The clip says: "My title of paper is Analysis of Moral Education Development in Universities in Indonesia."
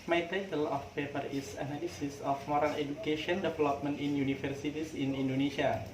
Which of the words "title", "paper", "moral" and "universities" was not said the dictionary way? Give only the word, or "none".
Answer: universities